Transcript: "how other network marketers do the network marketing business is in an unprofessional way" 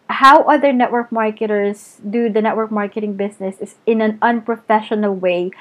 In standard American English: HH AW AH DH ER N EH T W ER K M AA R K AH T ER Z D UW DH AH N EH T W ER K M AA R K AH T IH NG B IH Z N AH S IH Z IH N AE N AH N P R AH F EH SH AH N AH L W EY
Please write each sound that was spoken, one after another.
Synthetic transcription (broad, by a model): HH AW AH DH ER N EH T W ER K M AA R K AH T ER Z D UW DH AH N EH T W ER K M AA R K AH T IH NG B IH S N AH S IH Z IH N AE N AH N P R AH F EH SH AH N AH L W EY